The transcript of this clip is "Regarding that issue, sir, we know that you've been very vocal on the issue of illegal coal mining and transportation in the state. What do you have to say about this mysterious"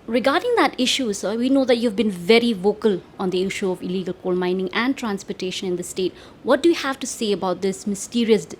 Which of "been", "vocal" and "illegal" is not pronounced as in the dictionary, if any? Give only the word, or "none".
none